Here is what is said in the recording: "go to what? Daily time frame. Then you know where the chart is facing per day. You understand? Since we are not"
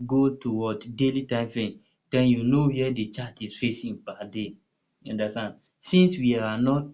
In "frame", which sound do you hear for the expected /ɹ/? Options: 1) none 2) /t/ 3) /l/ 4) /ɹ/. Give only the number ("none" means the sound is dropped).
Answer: 1